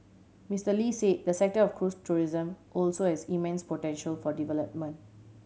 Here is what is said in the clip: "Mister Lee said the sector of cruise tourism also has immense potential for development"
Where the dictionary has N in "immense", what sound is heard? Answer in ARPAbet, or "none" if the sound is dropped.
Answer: N